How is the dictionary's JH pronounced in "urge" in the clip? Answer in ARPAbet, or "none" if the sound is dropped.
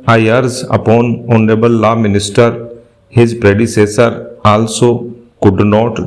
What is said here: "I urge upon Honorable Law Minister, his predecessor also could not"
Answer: Z